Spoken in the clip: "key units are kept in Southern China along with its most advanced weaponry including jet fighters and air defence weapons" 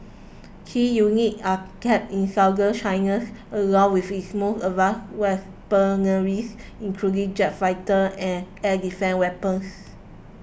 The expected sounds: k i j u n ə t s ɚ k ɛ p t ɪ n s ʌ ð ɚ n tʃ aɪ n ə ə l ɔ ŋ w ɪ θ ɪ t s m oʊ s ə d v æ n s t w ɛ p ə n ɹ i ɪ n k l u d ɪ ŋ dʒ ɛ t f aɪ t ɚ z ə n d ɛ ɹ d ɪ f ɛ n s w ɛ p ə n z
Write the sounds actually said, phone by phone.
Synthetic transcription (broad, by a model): k i j u n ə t ɑ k ɛ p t ɪ n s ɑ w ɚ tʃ aɪ n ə ə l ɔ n w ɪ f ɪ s m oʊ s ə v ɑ s w ɛ p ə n ɹ i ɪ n k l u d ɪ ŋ dʒ ɛ t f aɪ t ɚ ə n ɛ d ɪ f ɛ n w ɛ p ə n s